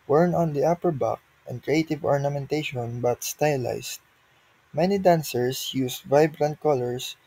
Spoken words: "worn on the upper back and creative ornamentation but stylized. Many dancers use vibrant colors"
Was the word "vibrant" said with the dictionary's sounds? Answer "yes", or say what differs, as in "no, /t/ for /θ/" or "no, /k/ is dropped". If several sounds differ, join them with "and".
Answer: yes